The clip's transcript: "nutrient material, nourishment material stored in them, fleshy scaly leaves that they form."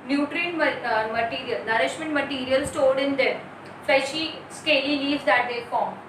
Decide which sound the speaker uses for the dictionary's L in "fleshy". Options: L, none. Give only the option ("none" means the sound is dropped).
none